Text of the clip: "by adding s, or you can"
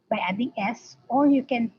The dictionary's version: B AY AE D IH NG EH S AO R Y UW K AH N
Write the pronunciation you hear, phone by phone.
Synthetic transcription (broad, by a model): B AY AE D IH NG EH S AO L Y UW K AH N